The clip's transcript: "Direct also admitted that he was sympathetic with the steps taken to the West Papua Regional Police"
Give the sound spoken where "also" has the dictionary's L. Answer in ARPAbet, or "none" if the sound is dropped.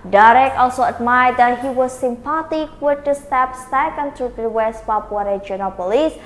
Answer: L